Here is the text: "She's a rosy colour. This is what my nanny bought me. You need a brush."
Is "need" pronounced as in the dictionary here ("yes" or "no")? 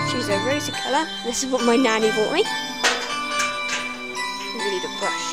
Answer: no